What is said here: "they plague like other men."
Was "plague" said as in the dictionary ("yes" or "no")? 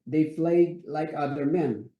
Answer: no